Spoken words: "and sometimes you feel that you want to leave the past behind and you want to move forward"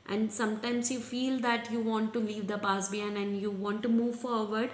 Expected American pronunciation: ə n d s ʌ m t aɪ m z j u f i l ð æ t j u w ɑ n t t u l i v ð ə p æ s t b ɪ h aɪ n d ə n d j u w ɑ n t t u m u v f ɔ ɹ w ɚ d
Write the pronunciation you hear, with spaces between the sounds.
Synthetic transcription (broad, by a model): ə n d s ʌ m t aɪ m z j u f i l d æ t j u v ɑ n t t u l i v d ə p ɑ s b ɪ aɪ n ə n d j u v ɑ n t t u m u v f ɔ ɹ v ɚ d